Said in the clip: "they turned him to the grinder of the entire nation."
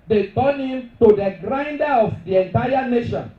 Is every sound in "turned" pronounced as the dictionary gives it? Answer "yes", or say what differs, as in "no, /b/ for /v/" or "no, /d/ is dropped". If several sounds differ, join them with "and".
no, /d/ is dropped